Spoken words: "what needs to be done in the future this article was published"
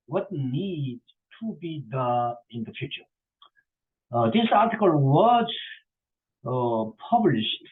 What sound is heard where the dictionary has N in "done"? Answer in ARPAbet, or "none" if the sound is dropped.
none